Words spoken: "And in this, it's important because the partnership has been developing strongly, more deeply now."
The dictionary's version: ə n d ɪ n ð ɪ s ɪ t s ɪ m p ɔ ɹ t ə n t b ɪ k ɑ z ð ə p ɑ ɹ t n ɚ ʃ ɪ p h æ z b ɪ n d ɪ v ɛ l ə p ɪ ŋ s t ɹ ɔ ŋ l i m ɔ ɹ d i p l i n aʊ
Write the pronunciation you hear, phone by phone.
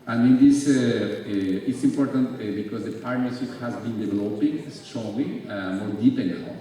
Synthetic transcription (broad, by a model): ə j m ɪ n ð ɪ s ɪ t s ɪ m p ɔ ɹ t ə n t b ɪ k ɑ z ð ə p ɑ ɹ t n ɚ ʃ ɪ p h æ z b ɪ n d ɪ v ɛ l ə p ɪ ŋ s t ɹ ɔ l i m ɔ ɹ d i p i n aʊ